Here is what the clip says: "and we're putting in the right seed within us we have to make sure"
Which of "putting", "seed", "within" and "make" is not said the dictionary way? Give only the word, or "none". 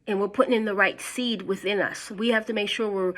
none